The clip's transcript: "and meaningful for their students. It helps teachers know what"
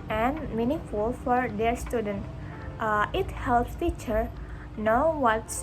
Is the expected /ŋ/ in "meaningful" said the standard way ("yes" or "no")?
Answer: no